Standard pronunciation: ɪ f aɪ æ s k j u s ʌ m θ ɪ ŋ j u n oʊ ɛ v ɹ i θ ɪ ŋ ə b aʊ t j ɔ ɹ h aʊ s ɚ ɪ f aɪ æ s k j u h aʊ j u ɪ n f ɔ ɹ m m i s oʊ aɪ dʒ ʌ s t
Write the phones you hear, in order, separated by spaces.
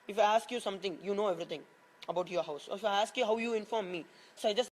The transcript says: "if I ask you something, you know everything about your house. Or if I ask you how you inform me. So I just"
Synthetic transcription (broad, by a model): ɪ f aɪ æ s k j u s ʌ m t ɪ ŋ j u n oʊ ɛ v ɹ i t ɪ ŋ ə b aʊ t j ɔ ɹ h aʊ s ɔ ɪ f aɪ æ s k j u h aʊ j u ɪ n f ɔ ɹ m m i s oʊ aɪ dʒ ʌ s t